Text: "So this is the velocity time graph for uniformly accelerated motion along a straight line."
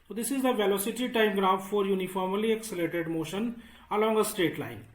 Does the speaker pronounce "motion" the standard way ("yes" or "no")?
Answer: yes